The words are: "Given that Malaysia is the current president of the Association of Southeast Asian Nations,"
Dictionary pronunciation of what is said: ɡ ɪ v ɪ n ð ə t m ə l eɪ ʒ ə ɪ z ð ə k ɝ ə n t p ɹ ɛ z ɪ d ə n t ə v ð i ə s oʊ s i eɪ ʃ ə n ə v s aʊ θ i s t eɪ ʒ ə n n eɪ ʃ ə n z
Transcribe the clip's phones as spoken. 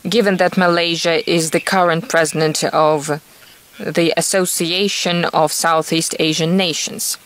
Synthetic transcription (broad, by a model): ɡ ɪ v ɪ n ð ə t m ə l eɪ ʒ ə ɪ z ð ə k ɝ ə n t p ɹ ɛ z ɪ d ə n t ə v ð i ə s oʊ s i eɪ ʃ ə n ə v s aʊ θ i s t eɪ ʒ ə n n eɪ ʃ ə n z